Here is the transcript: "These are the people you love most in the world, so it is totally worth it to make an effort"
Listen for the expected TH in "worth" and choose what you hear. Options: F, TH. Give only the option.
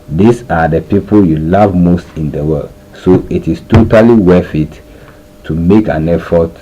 F